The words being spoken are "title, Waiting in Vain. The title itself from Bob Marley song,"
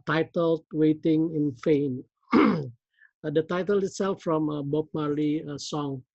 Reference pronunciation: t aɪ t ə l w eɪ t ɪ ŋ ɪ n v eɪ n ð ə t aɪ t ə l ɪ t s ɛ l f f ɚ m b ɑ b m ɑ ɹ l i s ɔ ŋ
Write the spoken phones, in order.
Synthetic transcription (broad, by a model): t aɪ t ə l w eɪ t ɪ ŋ ɪ n f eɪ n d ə t aɪ t ə l ɪ t s ɛ l f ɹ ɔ m b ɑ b m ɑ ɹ l i s ɔ ŋ